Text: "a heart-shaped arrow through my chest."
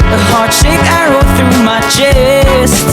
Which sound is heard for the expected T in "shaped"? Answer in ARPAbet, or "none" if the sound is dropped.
none